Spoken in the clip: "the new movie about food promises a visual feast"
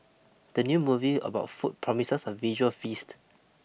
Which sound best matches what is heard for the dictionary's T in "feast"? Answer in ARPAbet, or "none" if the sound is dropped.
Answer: T